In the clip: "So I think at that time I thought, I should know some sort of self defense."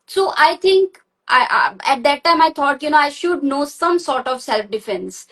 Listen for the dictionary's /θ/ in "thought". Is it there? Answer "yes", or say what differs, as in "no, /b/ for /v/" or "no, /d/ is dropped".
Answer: no, /t/ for /θ/